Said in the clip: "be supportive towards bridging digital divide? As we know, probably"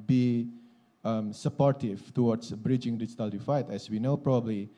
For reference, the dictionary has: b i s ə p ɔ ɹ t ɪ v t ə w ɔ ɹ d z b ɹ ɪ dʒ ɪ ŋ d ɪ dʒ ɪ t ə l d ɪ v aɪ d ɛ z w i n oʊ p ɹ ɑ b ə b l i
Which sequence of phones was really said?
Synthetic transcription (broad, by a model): b i s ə p ɔ ɹ t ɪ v t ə w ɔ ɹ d s b ɹ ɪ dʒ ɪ ŋ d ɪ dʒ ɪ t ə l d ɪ f aɪ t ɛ s w i n oʊ p ɹ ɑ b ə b l i